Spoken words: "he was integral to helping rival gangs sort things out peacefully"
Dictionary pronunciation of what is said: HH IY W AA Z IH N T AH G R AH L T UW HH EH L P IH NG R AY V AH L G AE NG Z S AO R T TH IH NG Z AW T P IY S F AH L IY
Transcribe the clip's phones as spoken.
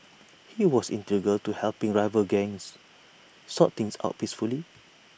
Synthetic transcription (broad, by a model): HH IY W AA S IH N T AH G AH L T UW HH EH L P IH NG R AY V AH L G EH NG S S AO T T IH NG S AW T P IY S F AH L IY